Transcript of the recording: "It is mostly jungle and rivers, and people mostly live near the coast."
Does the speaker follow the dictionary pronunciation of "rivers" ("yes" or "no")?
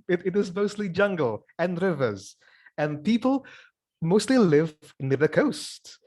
yes